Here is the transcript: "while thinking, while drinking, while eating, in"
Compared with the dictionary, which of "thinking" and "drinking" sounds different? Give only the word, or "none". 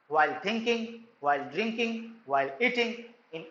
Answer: thinking